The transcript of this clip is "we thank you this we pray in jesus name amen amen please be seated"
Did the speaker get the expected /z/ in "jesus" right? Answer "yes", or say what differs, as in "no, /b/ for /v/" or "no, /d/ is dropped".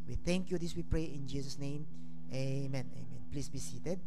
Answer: no, /s/ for /z/